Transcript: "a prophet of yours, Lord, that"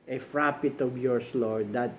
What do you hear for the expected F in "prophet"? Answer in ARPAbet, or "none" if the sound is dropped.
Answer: P